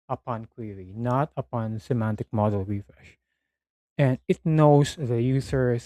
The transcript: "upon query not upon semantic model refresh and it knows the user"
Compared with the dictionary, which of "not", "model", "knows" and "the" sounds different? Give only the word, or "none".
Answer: knows